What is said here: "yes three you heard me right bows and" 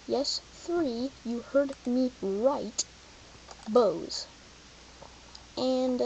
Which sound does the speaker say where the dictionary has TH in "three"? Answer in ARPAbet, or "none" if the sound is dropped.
TH